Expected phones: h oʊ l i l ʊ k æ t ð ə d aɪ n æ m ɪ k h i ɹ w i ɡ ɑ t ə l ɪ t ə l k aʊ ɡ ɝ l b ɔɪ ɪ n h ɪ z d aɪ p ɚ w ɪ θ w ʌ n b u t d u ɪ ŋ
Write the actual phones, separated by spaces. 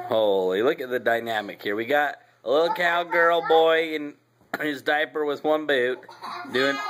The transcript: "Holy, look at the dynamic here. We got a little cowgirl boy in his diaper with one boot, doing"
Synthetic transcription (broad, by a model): h oʊ l i l ʊ k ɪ t ð ə d aɪ n æ m ɪ k h i ɹ w i ɡ ɑ t ə l ɪ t l k aʊ ɡ ɝ l b ɔɪ ɪ n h ɪ z d aɪ p ɚ w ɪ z w ʌ n b u t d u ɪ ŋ